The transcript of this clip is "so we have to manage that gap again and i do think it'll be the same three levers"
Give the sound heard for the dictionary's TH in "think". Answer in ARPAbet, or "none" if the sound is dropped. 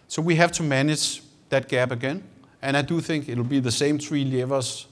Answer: TH